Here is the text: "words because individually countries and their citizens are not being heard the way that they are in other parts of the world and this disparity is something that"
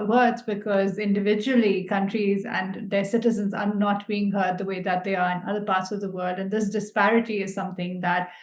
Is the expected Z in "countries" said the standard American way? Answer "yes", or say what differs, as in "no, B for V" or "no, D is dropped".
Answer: yes